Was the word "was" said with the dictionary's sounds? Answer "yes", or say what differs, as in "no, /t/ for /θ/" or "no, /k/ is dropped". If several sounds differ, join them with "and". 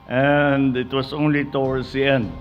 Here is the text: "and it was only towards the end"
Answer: no, /s/ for /z/